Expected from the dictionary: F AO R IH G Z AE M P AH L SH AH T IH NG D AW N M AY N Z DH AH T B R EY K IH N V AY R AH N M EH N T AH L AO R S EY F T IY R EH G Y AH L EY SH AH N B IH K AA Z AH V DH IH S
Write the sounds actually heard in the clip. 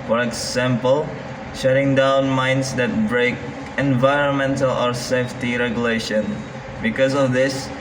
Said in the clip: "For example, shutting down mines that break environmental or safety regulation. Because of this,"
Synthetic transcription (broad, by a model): F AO R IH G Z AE M P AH L SH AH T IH NG D AW N M AY N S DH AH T B R EY K IH N V AY R AH N M EH N T AH L AO R S EY F T IY R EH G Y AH L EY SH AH N B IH K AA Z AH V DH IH S